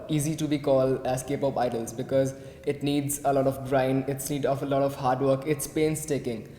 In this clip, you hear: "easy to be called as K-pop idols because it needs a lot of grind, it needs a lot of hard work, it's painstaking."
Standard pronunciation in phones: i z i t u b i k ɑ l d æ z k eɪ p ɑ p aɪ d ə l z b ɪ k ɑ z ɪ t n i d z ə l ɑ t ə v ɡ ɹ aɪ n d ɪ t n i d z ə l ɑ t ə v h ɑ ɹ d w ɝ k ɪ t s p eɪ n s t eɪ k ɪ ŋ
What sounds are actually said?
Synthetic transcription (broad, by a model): i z i t u b i k ɑ l d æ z k eɪ p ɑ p aɪ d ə l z b ɪ k ɑ z ɪ t n i d z ə l ɑ t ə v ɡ ɹ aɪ n ɪ t n i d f ə l ɑ t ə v h ɑ ɹ d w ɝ k ɪ t s p eɪ n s t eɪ k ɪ ŋ